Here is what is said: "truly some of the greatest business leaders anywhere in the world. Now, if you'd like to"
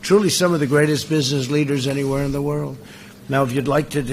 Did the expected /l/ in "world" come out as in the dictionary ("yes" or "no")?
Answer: yes